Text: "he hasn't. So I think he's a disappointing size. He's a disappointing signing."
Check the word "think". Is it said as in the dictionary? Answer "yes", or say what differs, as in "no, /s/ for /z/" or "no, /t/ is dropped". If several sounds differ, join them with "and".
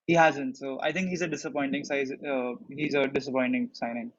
no, /t/ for /θ/